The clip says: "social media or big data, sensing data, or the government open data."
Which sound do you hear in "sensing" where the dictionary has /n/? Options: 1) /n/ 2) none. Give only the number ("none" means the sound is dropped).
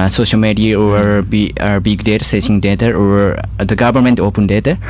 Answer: 2